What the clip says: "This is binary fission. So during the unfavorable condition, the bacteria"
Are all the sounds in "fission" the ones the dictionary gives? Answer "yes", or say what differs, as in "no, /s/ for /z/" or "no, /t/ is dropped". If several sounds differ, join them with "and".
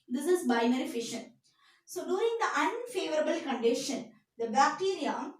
yes